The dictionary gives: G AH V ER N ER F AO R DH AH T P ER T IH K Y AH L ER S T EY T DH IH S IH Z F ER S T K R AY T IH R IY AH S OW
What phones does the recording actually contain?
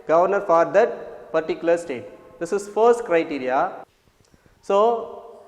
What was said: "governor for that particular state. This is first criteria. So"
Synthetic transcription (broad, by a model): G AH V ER N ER F AO R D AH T P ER T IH K Y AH L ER S T EY T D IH S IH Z F ER S T K R AY T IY R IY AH S OW